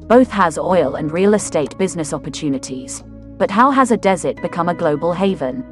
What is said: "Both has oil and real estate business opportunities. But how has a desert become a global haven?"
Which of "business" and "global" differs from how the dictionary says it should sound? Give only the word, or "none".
none